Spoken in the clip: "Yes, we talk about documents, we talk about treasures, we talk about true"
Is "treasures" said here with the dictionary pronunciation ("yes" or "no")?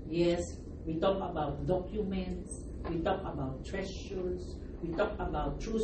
no